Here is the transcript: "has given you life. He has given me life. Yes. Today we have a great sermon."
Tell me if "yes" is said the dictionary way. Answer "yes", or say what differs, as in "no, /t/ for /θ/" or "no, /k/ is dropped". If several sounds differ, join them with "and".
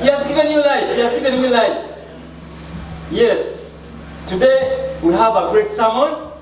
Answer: yes